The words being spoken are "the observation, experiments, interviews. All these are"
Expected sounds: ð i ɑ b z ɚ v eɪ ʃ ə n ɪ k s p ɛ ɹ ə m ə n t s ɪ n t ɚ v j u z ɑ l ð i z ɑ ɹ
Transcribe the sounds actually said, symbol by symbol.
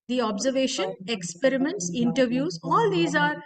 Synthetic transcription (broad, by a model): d i ɑ b z ɚ v eɪ ʃ ə n ɪ k s p ɛ ɹ ə m ə n t s ɪ n t ɚ v j u z ɑ l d i z ɑ ɹ